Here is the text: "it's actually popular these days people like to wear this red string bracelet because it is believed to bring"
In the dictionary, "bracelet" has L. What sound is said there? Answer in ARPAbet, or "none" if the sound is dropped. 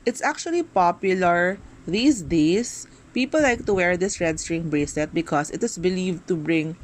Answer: none